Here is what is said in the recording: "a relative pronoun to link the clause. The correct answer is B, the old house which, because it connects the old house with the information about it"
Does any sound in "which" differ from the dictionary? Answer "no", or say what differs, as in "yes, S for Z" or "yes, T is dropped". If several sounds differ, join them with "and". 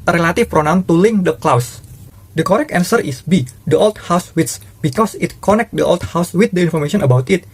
yes, S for CH